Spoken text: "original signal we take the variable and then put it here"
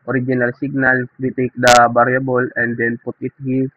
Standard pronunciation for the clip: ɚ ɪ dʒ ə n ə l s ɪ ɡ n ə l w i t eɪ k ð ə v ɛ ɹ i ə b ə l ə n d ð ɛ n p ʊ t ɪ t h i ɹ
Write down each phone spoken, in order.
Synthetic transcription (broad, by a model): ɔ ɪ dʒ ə n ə l s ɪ ɡ n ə l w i t eɪ k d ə b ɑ ɹ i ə b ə l ə n d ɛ n p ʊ t ɪ t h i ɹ